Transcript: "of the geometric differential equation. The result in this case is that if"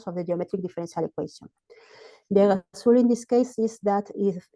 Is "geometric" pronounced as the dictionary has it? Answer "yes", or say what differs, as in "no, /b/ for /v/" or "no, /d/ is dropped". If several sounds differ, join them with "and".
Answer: yes